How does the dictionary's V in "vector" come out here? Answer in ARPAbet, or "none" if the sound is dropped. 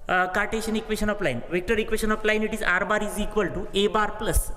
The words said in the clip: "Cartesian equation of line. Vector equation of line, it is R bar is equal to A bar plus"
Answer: V